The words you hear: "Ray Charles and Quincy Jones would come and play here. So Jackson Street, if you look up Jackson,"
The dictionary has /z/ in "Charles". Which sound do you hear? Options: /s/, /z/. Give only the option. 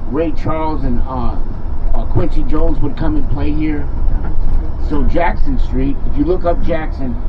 /z/